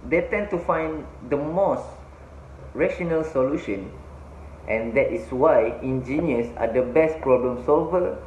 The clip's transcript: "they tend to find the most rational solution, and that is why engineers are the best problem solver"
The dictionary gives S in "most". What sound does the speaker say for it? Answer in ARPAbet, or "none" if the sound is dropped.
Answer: S